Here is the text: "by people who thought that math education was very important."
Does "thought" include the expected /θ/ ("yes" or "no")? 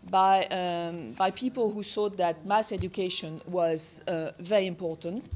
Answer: no